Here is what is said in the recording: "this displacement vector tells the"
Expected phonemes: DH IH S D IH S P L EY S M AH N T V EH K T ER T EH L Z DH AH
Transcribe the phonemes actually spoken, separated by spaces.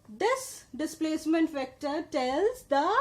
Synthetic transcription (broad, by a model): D IH S D IH S P L EY S M AH N T F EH K T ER T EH L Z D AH